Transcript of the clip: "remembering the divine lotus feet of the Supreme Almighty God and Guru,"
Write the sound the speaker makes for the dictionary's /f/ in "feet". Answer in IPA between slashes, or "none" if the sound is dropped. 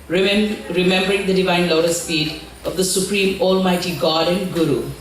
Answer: /p/